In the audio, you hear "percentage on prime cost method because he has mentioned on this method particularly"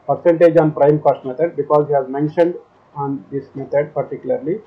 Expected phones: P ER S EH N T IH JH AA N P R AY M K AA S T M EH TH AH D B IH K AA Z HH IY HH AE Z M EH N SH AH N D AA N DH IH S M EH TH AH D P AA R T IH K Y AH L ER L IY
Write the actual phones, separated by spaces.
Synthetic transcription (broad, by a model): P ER S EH N T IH JH AA N P R AY M K AA S T M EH T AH D B IH K AA Z HH IY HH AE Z M EH N SH AH N D AA N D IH S M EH T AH D P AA R T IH K Y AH L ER L IY